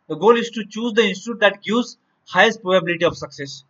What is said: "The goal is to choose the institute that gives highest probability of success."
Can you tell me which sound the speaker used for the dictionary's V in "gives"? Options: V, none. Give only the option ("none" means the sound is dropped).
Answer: none